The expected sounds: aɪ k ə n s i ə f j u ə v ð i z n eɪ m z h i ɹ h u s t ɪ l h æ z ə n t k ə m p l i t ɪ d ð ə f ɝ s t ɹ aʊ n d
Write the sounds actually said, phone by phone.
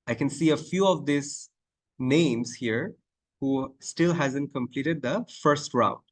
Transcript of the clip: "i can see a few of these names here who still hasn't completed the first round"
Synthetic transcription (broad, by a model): aɪ k ə n s i ə f j u ə v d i s n eɪ m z h i ɹ h u s t ɪ l h æ z ə n t k ə m p l i t ɪ d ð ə f ɝ s t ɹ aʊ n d